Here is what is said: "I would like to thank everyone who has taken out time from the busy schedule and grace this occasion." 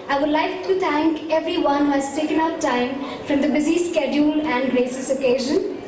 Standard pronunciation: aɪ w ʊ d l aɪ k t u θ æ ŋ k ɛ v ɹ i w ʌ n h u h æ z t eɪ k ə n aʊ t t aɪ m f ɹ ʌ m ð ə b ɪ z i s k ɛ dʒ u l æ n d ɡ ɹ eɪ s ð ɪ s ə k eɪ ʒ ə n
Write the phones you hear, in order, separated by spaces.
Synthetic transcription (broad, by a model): aɪ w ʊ d l aɪ k t u t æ ŋ k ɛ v ɹ i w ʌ n h u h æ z t eɪ k ə n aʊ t t aɪ m f ɹ ʌ m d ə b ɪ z i s k ɛ dʒ u l æ n d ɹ eɪ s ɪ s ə k eɪ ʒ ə n